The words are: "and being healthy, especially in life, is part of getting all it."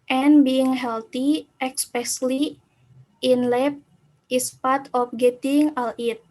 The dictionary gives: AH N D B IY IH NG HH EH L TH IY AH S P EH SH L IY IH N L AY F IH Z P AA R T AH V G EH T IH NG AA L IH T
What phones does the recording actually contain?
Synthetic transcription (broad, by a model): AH N B IY IH NG HH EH L T IY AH S P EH S L IY IH N L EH P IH S P AA R T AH F G EH T IH NG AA L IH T